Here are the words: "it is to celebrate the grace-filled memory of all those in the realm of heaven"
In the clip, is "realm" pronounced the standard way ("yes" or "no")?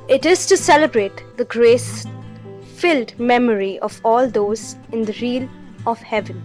no